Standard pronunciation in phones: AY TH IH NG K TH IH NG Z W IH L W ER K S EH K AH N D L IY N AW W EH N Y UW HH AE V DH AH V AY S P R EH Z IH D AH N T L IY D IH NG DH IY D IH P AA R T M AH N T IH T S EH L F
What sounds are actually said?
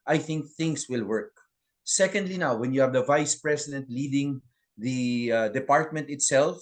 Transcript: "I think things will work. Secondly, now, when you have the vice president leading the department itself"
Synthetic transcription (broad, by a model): AY TH IH NG K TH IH NG S W IH L W ER K S EH K AH N D L IY N AW W EH N Y UW HH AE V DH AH V AY S P R EH S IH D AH N T L IY D IH NG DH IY D IH P AA R T M AH N T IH T S EH L F